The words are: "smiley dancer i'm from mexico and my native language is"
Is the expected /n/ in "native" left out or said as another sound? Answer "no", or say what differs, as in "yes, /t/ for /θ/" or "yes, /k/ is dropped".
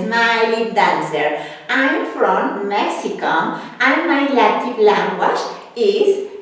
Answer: yes, /l/ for /n/